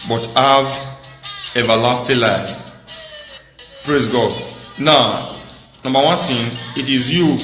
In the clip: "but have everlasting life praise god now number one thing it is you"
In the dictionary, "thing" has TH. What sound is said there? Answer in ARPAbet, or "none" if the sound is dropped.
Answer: T